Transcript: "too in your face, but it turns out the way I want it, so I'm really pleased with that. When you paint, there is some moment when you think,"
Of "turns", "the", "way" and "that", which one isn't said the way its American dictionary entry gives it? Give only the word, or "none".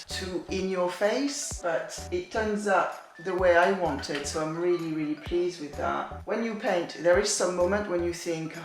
none